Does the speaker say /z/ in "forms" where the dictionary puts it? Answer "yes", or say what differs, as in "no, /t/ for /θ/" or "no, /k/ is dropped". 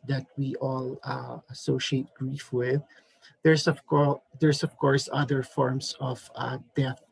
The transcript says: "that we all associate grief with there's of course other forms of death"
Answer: no, /s/ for /z/